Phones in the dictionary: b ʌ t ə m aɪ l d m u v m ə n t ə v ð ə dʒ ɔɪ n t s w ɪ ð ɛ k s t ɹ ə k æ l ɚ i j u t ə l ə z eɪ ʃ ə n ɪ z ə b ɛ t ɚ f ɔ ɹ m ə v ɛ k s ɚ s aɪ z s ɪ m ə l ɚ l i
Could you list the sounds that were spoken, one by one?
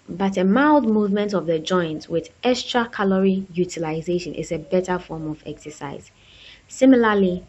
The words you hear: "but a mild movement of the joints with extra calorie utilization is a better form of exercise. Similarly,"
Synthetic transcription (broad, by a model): b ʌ t ə m aɪ l d m u v m ə n t ə v ð ə dʒ ɔɪ n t w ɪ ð ɛ k s t ɹ ə k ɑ l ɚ i j u t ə l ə z eɪ ʃ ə n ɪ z ə b ɛ t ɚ f ɔ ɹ m ə v ɛ k s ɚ s aɪ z s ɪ m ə l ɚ l i